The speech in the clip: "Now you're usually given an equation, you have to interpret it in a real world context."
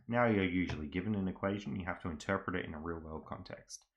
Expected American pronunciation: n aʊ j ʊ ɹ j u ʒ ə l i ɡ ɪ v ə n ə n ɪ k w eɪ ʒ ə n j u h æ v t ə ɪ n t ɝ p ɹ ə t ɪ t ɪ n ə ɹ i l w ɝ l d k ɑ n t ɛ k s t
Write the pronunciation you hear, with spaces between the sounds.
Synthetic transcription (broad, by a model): n aʊ j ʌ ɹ j u ʒ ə l i ɡ ɪ v ə n ə n ɪ k w eɪ ʒ ə n j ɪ h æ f t ə ɪ n t ɝ p ɹ ə t ɪ t ɪ n ə ɹ i l w ɝ l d k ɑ n t ɛ k s t